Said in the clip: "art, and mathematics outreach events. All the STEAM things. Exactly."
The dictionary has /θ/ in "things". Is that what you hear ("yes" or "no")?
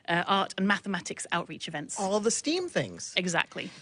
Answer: yes